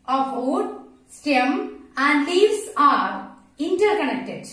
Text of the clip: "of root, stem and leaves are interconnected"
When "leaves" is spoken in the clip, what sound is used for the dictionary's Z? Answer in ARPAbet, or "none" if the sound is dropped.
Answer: S